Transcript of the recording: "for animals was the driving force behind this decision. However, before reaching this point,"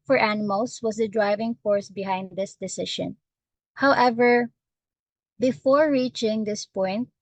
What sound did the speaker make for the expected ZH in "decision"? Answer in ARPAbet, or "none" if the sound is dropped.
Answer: SH